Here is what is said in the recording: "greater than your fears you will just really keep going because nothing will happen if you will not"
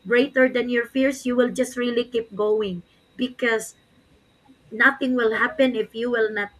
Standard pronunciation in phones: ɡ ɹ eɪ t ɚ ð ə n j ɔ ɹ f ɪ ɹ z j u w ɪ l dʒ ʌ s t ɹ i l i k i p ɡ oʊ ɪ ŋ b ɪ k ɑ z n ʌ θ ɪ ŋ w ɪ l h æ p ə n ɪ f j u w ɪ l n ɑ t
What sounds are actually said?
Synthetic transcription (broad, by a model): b ɹ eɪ t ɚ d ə n j ɔ ɹ f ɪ ɹ s j u w ɪ l dʒ ʌ s t ɹ i l i k i p ɡ oʊ ɪ ŋ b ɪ k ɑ s n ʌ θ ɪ ŋ w ɪ l h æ p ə n ɪ f j u w ɪ l n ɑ t